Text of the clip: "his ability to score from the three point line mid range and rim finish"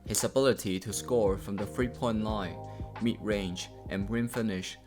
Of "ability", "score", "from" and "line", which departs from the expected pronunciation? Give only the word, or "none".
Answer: none